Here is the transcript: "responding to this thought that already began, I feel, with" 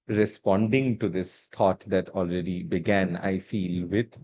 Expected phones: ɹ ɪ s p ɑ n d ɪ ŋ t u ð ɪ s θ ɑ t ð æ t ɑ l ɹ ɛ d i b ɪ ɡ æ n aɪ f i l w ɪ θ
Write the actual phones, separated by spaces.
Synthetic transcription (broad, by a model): ɹ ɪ s p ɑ n d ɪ ŋ t u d ɪ s t ɑ t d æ t ɑ l ɹ ɛ d i b ɪ ɡ æ n aɪ f i l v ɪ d